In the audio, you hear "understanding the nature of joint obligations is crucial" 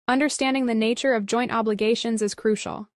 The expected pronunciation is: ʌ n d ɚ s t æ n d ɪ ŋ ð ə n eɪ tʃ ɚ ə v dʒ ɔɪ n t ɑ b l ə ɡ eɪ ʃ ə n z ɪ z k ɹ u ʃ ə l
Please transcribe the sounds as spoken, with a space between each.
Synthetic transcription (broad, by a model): ʌ n d ɚ s t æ n d ɪ ŋ ð ə n eɪ tʃ ɚ ə v dʒ ɔɪ n t ɑ b l ə ɡ eɪ ʃ ə n z ɪ z k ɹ u ʃ l